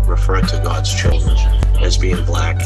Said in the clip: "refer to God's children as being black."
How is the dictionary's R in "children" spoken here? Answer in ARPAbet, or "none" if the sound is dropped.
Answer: R